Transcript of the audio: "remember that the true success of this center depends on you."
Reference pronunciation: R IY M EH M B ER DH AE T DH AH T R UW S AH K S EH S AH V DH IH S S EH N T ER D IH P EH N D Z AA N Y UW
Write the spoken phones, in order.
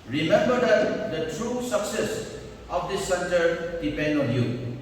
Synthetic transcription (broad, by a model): R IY M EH M B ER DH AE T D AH T R UW S AH K S EH S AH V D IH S S EH N T ER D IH P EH N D AA N Y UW